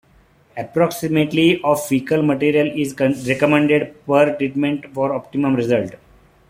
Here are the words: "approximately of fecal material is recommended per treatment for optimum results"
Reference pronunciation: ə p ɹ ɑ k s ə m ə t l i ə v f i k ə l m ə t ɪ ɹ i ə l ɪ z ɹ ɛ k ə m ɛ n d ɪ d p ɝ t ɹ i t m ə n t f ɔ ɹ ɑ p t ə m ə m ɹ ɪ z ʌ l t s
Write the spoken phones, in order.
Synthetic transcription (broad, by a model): ə p ɹ ɑ k s ə m ə t l i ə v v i k ə l m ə t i ɹ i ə l ɪ z ɹ ɛ k ə m ɛ n d ɪ d p ɝ t ɹ i t m ə n t f ɔ ɹ ɑ p t ə m ə m ɹ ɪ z ʌ l t